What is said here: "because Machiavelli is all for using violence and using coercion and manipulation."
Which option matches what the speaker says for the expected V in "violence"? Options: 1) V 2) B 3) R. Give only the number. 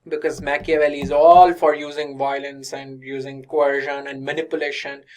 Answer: 1